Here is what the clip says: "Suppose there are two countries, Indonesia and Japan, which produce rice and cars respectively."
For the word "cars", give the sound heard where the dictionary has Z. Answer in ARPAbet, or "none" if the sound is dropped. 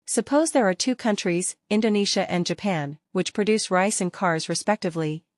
Z